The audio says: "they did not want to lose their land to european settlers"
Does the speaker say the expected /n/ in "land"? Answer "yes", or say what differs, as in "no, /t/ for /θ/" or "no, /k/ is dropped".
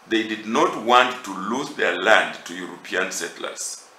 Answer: yes